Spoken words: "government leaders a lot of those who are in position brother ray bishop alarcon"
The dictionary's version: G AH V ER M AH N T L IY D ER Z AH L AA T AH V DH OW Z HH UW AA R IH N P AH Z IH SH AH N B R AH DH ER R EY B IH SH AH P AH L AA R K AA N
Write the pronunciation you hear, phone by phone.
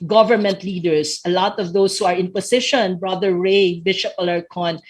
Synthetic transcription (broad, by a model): G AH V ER M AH N T L IY D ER S AH L AA T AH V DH OW S HH UW AA R IH N P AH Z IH SH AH N B R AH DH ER R EY B IH SH AH P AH L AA R K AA N